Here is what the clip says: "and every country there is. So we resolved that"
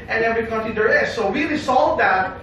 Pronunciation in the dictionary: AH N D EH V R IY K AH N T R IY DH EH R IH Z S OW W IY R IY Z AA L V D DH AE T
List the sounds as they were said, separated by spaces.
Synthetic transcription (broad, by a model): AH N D EH V R IY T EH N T IY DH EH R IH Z S OW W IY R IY S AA L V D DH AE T